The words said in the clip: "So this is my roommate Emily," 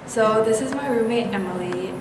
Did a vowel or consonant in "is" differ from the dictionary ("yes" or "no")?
no